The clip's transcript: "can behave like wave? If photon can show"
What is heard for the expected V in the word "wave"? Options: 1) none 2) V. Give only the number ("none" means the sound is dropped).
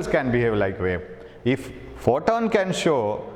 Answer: 1